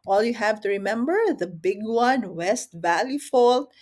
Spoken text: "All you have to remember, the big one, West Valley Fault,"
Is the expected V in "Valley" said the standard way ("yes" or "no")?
yes